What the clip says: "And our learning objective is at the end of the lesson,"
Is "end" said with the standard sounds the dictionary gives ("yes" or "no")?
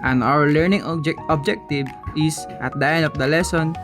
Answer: no